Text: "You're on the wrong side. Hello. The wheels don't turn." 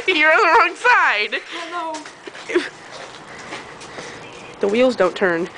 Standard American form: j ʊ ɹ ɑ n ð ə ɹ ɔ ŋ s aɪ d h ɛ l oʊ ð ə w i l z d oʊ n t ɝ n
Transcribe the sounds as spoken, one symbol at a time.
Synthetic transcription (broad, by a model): j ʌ ɹ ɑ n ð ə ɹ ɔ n s aɪ d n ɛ ʊ ð ə w i l z d oʊ n t ɝ n